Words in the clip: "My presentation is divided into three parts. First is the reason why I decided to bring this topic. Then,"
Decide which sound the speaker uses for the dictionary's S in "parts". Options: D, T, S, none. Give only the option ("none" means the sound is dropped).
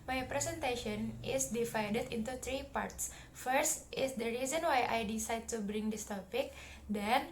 S